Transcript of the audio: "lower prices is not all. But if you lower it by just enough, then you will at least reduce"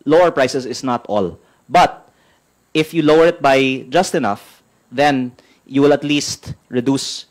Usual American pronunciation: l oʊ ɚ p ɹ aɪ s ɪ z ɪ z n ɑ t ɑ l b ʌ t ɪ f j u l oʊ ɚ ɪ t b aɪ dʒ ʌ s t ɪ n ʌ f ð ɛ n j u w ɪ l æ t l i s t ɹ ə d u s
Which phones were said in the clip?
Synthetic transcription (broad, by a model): l oʊ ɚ p ɹ aɪ s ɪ s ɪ s n ɑ t ɑ l b ʌ t ɪ f j u l oʊ ɚ ɪ t b aɪ dʒ ʌ s t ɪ n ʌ f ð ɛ n j u w ɪ l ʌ t l i s t ɹ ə d u s